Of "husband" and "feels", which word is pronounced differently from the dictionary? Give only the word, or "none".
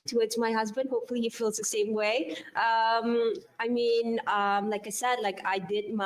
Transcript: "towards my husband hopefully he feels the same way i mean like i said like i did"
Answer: none